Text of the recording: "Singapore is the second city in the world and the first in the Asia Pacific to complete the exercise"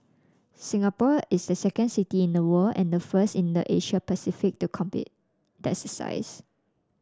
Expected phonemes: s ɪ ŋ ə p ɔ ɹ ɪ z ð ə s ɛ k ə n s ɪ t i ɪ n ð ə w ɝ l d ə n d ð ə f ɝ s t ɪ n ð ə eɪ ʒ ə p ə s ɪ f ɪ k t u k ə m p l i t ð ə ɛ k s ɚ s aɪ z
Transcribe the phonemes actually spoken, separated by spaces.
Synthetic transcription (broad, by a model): s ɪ ŋ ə p ɔ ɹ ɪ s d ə s ɛ k ə n s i t i ɪ n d ə w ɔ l ə n d ə f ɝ s t ɪ n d ə eɪ ʃ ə p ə s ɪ f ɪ k t u k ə m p i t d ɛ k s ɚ s aɪ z